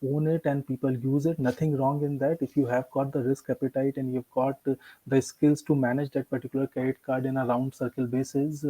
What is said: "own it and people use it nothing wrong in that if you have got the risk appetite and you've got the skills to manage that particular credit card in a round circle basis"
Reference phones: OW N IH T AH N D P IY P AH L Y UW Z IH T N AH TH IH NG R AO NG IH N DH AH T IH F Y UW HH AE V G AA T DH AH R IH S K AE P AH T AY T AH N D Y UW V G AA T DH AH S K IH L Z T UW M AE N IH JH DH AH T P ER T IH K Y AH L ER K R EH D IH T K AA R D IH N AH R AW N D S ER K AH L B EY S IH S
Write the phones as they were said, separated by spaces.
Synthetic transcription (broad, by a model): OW N IH T AH N D P IY P AH L Y UW Z IH T N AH T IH NG R AO NG IH N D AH T IH F Y UW HH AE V G AA T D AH R IH S K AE P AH T AY T AH N D Y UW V G AA T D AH S K IH L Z T UW M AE N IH JH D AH T P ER T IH K Y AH L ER K EH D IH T K AA R D IH N AH R AW N D S ER K AH L B EY S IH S